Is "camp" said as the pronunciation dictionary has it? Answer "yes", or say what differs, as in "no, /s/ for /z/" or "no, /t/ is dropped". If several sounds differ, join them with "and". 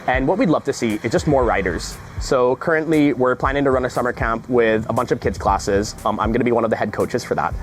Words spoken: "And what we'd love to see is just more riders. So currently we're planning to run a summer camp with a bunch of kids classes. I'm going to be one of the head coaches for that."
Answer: yes